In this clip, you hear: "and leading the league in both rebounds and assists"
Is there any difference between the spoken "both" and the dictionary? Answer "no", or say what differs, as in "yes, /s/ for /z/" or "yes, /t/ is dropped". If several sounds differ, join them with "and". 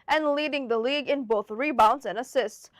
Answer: no